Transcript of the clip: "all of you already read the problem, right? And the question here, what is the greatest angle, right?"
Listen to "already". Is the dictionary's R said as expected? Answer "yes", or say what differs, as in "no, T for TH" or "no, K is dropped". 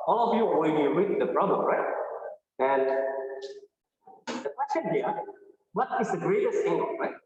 no, W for R